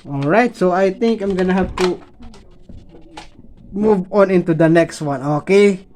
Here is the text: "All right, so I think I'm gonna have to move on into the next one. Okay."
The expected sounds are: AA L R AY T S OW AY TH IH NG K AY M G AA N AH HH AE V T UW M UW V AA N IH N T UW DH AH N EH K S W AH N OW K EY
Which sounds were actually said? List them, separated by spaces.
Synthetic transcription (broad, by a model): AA L R AY T S OW AY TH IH NG K AY M G AA N AH HH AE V T UW M UW V AA N IH N T UW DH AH N EH K S W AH N OW K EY